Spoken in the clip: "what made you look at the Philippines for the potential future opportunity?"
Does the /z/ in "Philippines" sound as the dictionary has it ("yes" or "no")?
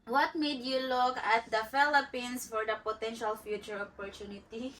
no